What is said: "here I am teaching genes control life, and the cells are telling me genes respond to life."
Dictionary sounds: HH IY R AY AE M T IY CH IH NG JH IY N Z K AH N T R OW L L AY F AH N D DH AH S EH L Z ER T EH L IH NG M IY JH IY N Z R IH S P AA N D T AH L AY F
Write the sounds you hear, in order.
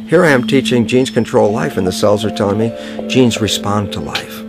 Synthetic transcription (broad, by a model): HH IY R AY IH M T IY CH IH NG JH IY N Z K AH N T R OW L L AY F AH N DH AH S EH L Z ER T EH L IH NG M IY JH IY N Z R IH S P AA N T AH L AY F